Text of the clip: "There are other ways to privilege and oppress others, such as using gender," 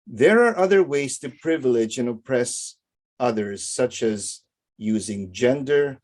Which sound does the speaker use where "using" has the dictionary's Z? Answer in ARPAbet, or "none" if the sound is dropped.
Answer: Z